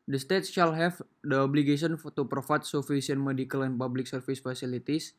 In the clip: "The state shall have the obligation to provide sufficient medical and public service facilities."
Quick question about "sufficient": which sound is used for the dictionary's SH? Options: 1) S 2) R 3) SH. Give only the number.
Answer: 1